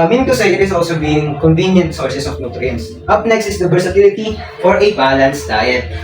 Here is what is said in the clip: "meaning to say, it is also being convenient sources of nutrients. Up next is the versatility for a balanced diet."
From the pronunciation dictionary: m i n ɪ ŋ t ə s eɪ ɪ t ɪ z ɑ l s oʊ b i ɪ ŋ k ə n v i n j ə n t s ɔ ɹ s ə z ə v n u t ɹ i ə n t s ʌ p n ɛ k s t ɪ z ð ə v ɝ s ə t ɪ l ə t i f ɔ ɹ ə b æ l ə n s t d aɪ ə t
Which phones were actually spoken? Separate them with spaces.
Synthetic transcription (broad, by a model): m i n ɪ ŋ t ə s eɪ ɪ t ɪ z ɑ l s oʊ b i ɪ ŋ k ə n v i n j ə n t s ɔ ɹ s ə s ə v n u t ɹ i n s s ʌ p n ɛ k s t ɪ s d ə b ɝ s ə t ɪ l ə t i f ɔ ɹ ə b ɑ l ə n s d aɪ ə t